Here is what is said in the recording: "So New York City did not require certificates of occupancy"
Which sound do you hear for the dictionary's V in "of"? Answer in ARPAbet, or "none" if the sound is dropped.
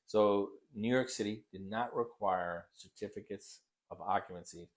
V